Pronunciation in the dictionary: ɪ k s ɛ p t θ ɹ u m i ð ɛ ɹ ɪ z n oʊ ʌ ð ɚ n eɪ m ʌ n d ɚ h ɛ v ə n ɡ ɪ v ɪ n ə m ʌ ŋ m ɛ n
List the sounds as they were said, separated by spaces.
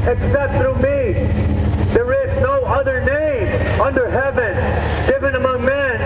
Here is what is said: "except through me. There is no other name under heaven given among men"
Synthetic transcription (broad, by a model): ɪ k s ɛ p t θ ɹ u m i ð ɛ ɹ ɪ z n oʊ ʌ ð ɚ n eɪ m ʌ n d ɚ h ɛ v ə n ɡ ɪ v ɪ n ə m ʌ ŋ m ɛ n